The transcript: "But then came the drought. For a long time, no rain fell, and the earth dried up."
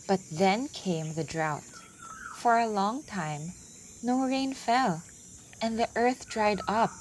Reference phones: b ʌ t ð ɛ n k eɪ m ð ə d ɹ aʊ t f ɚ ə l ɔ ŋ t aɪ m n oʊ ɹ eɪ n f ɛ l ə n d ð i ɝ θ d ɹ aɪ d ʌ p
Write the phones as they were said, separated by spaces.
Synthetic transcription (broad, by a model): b ʌ t ð ɛ n k eɪ m ð ə d ɹ aʊ t f ɚ ə l ɔ ŋ t aɪ m n oʊ ɹ eɪ n f ɛ l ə n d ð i ɝ θ d ɹ aɪ d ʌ p